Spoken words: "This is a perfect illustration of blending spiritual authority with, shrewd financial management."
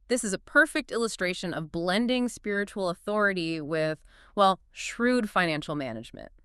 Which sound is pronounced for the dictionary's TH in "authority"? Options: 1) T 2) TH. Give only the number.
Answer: 2